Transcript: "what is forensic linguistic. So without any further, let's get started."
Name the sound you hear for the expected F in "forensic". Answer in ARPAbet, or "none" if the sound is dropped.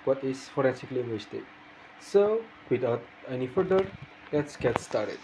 F